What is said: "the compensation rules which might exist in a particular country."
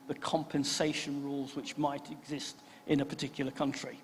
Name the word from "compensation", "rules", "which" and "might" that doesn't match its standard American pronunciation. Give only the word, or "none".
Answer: none